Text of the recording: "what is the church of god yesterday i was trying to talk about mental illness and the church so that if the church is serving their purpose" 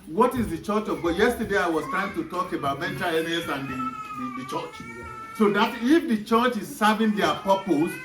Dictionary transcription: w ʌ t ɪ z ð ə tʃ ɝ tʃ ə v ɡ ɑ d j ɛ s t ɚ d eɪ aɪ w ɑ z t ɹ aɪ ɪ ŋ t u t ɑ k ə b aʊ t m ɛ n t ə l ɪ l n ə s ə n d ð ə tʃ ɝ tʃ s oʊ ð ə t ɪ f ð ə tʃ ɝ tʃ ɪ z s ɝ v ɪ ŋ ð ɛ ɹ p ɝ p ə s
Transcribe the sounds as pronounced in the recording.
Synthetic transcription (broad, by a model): w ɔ t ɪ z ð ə tʃ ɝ tʃ ə v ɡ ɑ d j ɛ s t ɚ d eɪ aɪ w ɑ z t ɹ aɪ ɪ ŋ t u t ɑ k ə b aʊ t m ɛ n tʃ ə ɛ n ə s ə n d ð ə tʃ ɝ tʃ s oʊ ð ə t ɪ f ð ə tʃ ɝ tʃ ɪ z s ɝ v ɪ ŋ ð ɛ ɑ p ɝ p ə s